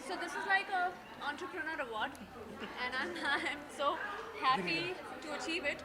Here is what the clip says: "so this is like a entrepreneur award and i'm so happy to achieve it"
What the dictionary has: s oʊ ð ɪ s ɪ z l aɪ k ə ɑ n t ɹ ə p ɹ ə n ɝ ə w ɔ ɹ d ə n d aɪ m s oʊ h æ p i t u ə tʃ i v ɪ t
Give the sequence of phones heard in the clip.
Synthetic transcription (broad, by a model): s oʊ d ɪ s ɪ z l aɪ k ə ɑ n t ɹ ə p ɹ ə n ɝ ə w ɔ ɹ d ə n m aɪ m s oʊ h æ p i t u ə tʃ i v ɪ t